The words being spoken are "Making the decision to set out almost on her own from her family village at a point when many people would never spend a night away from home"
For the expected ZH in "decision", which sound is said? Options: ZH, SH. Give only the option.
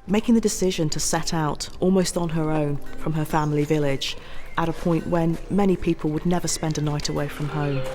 ZH